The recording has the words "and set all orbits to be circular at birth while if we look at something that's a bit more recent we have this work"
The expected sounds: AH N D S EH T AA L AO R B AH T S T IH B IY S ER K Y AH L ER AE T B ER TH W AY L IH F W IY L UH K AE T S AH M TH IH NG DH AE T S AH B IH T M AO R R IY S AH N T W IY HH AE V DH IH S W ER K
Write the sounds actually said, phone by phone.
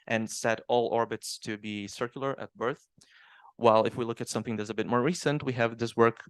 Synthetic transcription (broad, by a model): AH N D S EH T AA L AO R B AH T S T IH B IY S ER K Y L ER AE T B ER TH W AY L IH F W IY L UH K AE T S AH M TH IH NG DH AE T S AH B IH T M AO R R IY S AH N T W IY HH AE V DH IH S W ER K